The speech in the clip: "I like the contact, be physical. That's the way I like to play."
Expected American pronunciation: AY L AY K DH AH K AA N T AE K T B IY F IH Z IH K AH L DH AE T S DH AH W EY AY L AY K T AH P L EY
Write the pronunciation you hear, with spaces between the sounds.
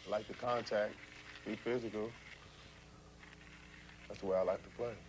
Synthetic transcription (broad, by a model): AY L AY K DH AH K AA N T AE K T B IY F IH Z IH K AH L DH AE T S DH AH W EY AY L AY K T AH P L EY